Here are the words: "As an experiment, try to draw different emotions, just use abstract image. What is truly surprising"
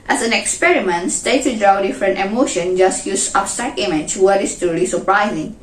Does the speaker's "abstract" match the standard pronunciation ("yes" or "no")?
no